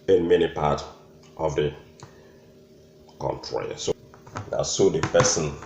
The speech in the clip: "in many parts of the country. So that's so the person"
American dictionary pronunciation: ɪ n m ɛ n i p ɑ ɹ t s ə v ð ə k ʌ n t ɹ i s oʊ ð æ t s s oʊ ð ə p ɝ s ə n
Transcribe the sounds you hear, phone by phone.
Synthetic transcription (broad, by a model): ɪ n m ɛ n i p ɑ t ə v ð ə k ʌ n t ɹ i s oʊ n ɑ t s s oʊ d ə p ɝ s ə n